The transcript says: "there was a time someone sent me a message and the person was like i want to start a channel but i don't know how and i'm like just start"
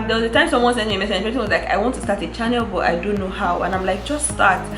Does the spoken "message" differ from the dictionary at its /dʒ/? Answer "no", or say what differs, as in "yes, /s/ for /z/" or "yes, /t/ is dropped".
yes, /dʒ/ is dropped